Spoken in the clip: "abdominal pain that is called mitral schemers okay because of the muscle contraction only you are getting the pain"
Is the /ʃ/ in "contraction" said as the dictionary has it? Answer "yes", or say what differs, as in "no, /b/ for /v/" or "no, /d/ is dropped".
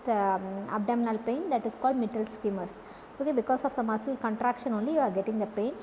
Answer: yes